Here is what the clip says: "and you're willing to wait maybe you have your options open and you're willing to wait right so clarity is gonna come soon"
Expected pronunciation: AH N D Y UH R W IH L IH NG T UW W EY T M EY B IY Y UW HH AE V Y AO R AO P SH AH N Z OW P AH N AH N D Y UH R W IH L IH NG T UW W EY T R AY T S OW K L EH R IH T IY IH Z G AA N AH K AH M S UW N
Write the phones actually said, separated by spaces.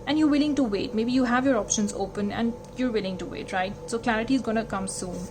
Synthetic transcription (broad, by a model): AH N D Y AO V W IH L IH NG T UW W EY T M EY B IY Y UW HH AE V Y AO R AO P SH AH N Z OW P AH N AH N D Y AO R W IH L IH NG T UW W EY T R AY T S OW K L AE R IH T IY IH Z G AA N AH K AH M S UW N